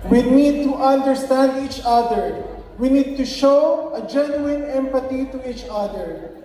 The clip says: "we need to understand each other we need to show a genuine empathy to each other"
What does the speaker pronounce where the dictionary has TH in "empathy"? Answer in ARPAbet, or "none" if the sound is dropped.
T